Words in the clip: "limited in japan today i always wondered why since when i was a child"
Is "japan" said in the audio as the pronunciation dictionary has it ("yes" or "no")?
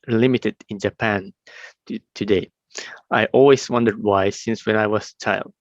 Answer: yes